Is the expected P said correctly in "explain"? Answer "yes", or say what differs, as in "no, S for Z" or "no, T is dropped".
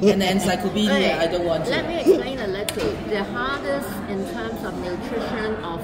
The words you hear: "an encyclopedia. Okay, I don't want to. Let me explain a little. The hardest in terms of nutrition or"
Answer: no, P is dropped